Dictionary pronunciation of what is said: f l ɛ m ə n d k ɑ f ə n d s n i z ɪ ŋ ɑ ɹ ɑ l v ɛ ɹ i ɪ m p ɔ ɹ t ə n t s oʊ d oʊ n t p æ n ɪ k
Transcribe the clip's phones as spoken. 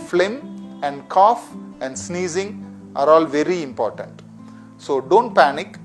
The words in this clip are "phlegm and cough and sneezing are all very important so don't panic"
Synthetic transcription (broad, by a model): f l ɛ m ə n d k ɑ f ə n d s n i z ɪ ŋ ɑ ɹ ɑ l v ɛ ɹ i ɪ m p ɔ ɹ t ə n t s oʊ d oʊ n t p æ n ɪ k